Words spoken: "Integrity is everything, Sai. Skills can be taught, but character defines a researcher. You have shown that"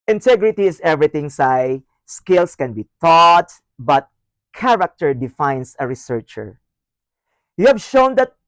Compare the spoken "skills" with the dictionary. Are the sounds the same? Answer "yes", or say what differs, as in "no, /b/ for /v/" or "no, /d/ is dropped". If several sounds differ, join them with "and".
no, /s/ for /z/